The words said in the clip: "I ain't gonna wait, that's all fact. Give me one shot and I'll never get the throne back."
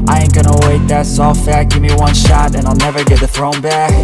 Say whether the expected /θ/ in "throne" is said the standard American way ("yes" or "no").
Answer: yes